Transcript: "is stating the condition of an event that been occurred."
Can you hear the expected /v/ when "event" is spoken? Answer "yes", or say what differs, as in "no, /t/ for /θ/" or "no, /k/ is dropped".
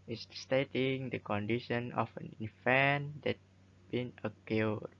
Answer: no, /f/ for /v/